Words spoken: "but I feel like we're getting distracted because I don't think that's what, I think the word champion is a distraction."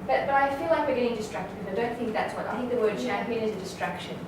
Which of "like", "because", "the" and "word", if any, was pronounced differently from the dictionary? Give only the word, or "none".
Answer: because